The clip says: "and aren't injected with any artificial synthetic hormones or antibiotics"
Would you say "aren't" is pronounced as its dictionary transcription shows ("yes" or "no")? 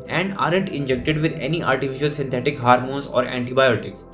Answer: yes